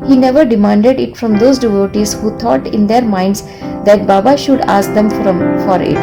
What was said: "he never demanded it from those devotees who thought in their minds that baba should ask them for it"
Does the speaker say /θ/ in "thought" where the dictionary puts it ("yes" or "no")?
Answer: no